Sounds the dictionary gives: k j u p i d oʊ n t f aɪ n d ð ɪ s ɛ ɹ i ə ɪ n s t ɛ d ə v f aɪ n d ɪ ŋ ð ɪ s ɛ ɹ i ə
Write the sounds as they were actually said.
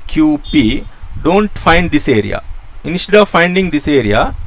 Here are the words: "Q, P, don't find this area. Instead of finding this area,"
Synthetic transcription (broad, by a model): k j u p i d oʊ n t f aɪ n d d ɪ s ɛ ɹ i ə ɪ n s t ɛ d ə v f aɪ n d ɪ ŋ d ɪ s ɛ ɹ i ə